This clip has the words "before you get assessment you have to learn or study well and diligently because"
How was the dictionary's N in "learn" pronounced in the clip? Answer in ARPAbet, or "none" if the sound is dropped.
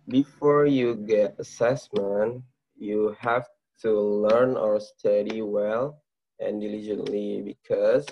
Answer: N